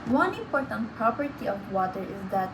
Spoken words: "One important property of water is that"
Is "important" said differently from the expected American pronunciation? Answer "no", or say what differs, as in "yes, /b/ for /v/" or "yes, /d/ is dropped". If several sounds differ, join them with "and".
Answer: yes, /m/ is dropped